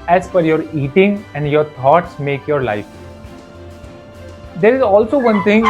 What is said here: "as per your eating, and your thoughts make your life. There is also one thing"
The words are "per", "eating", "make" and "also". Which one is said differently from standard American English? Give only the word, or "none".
per